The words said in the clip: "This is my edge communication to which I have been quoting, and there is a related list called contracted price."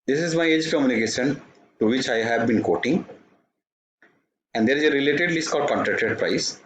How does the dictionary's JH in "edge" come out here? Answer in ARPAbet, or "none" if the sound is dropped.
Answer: JH